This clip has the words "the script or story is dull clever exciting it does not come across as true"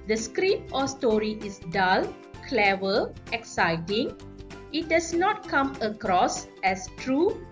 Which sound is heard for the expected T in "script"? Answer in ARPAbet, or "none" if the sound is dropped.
none